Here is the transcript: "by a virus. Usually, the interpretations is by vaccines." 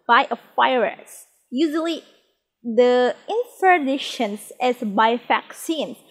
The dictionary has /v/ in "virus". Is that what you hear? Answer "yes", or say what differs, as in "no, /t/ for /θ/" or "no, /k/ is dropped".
no, /f/ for /v/